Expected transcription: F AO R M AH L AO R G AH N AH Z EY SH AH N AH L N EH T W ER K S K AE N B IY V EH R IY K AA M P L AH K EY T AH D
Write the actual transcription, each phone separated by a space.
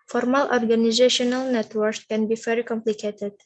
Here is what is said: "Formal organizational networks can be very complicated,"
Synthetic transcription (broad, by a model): F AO R M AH L AO R G AH N AH Z EY SH AH N AH L N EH T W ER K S K AE N B IY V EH R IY K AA M P L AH K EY T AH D